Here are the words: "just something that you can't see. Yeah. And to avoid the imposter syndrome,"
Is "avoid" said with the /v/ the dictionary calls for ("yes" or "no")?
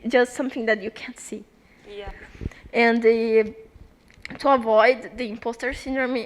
yes